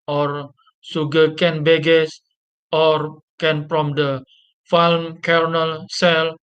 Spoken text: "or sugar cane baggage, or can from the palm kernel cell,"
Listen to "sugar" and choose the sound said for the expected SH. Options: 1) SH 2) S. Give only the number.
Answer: 2